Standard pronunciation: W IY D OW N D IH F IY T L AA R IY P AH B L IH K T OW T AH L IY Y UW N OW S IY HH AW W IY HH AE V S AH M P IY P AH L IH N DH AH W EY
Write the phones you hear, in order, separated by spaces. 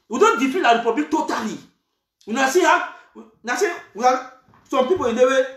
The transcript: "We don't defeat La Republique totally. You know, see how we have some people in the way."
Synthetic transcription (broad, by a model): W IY D OW N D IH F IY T L AA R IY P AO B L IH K T OW T AH L IY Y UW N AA S IY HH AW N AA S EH W S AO M P IY P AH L IH N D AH W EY